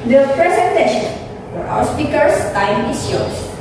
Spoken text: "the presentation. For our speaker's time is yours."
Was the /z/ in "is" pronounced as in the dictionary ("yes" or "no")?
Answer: no